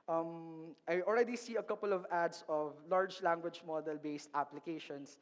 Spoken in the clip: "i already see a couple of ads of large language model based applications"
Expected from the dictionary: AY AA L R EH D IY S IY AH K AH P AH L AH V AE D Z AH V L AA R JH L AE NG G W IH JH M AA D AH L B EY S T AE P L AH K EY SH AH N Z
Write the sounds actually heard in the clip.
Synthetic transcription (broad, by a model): AY AA L R EH D IY S IY AH K AH P AH L AH V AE D S AH V L AA R JH L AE NG G W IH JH M AA D AH L B EY S T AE P L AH K EY SH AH N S